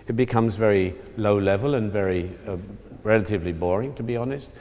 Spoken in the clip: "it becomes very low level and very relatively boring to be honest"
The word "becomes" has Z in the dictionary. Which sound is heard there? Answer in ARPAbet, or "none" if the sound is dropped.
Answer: Z